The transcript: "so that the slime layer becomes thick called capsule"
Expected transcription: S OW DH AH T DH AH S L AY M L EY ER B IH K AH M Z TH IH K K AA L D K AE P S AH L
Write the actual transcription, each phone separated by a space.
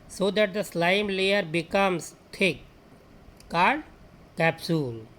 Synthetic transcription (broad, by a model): S OW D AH T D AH S L AY M L EY ER B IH K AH M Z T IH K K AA D K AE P S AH L